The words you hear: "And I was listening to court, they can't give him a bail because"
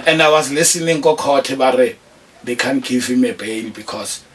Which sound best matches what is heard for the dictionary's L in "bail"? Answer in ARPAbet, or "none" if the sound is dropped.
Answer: N